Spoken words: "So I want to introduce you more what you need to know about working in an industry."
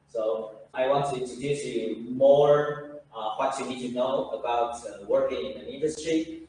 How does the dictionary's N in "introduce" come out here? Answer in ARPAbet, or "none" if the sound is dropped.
none